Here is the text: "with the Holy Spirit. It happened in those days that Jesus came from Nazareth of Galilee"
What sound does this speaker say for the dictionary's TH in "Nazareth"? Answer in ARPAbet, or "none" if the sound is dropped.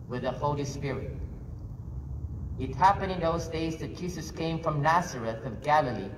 TH